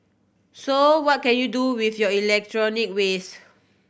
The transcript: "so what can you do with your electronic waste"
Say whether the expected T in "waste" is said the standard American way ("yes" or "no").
no